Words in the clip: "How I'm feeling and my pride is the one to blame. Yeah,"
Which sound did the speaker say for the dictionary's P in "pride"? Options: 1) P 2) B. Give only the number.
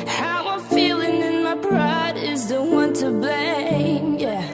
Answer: 2